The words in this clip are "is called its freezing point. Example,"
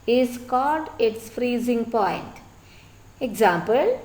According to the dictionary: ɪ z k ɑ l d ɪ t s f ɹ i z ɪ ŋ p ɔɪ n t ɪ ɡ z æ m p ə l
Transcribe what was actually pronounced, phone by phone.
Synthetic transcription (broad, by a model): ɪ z k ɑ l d ɪ t s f ɹ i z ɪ ŋ p ɔɪ n t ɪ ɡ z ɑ m p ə l